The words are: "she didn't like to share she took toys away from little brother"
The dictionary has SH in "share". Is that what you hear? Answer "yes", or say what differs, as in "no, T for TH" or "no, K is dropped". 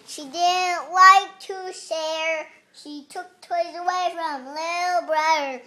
no, S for SH